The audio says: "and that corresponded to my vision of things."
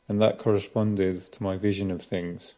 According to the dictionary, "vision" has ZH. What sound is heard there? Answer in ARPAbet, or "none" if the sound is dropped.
ZH